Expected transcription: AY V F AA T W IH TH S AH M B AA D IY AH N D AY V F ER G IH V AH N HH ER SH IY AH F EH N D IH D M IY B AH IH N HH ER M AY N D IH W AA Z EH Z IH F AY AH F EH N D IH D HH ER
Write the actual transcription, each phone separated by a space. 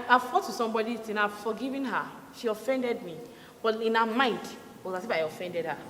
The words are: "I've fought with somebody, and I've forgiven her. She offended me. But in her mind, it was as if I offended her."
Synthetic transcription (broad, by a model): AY F AA T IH S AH M B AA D IY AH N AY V F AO G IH V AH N HH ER SH IY AH F EH N D IH D M IY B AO IH N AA M AY N D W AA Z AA S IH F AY AH F EH N D IH D HH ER